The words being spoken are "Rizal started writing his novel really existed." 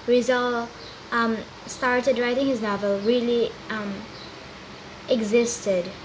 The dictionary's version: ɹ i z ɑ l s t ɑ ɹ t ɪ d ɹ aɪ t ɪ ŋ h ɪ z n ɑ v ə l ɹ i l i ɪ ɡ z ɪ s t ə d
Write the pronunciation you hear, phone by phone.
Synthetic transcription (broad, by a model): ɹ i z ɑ l s t ɑ ɹ t ɪ d ɹ aɪ t ɪ ŋ h ɪ z n ɑ v ə l ɹ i l i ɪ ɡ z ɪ s t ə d